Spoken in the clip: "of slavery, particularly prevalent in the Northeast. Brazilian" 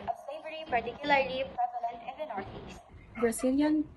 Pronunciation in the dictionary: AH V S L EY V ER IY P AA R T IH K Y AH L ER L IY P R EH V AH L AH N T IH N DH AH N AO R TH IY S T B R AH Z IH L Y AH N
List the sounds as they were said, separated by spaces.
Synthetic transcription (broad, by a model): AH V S EY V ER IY P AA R T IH K Y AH L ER L IY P R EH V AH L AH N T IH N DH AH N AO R T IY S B R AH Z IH L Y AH N